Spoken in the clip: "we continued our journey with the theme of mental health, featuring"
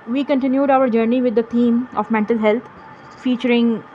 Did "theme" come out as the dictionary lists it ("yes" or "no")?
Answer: no